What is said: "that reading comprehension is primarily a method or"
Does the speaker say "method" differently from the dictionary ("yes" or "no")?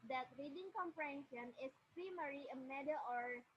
yes